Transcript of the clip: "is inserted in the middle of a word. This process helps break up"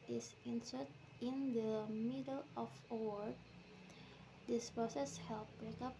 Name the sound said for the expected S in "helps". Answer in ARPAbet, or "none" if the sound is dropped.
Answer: none